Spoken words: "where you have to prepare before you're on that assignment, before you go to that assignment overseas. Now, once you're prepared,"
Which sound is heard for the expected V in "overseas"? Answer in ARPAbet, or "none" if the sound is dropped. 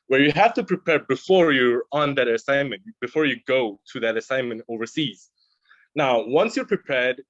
V